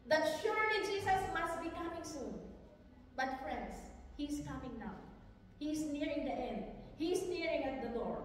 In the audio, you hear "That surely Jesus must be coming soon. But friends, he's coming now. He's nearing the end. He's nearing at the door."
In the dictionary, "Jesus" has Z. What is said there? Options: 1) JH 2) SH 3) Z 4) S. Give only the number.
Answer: 4